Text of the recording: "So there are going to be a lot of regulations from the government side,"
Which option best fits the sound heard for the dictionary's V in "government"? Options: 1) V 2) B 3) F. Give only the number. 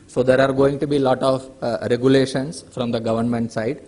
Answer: 1